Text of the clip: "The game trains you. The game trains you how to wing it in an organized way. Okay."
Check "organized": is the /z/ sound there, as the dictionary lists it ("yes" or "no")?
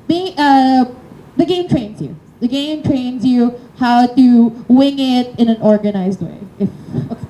yes